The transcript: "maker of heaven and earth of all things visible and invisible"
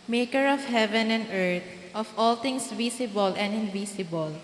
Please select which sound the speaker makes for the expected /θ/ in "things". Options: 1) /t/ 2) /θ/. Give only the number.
1